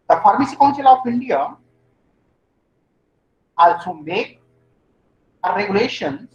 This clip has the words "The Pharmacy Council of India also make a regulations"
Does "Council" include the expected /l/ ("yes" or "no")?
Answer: yes